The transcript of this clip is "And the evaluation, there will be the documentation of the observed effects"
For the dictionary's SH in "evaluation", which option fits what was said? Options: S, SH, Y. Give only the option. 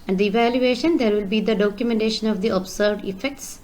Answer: SH